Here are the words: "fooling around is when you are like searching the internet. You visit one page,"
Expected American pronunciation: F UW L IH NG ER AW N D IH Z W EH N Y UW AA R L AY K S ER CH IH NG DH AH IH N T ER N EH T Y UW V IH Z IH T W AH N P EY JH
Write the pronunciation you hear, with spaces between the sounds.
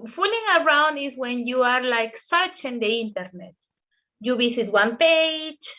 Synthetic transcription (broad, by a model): F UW L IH NG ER AW N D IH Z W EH N Y UW AA R L AY K S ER CH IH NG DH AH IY N T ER N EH T Y UW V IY S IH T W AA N P EY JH